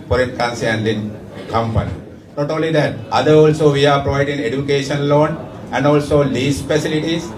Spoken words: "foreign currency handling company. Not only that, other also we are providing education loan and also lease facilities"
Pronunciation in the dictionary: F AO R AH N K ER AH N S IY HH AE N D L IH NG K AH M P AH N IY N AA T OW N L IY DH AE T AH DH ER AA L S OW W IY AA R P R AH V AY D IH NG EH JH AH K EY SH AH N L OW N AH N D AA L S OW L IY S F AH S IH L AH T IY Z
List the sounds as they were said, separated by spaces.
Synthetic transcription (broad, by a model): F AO R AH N K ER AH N S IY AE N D IH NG K AH M P AH N IY N AA T OW N L IY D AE T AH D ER AA L S OW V IY AA R P R AH V AY D IH NG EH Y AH K EY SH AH N L OW N AH N D AA L S OW L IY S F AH S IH L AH T IY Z